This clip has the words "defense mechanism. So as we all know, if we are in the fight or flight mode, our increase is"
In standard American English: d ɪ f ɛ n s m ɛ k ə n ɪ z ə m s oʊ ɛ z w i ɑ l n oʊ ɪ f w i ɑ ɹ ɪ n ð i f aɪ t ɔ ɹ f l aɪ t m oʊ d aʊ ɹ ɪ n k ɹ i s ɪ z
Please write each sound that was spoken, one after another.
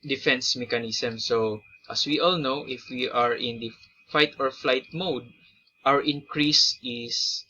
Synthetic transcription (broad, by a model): d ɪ f ɛ n s m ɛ k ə n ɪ s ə m s oʊ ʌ s w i ɑ l n oʊ ɪ f w i ɑ ɹ ɪ n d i f aɪ t ɔ ɹ f l aɪ t m oʊ d aʊ ɹ ɪ n k ɹ i s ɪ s